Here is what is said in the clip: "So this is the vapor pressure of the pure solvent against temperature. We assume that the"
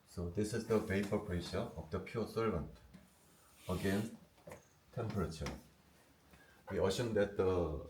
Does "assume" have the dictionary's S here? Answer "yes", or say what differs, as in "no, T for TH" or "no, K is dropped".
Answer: no, SH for S